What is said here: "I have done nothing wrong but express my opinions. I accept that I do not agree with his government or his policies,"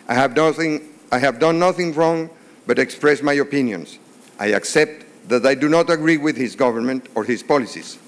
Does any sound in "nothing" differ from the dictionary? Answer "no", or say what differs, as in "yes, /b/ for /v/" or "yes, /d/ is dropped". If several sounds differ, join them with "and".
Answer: no